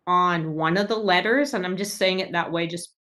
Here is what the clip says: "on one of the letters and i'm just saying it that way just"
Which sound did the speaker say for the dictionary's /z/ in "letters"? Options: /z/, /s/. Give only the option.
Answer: /z/